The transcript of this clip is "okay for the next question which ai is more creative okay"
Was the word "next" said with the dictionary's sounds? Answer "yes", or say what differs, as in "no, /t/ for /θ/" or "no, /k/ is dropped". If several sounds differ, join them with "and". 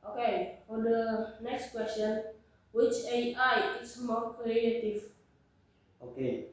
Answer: yes